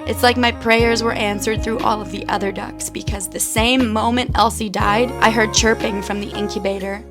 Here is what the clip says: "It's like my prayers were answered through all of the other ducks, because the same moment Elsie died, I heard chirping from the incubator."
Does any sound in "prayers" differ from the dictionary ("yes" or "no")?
no